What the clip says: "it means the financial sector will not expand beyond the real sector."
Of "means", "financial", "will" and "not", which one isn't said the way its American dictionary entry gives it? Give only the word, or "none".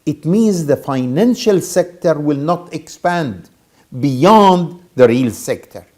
none